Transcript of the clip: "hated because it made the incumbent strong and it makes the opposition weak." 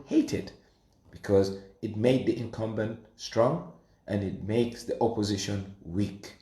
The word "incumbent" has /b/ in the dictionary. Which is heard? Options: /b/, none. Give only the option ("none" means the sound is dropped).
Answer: /b/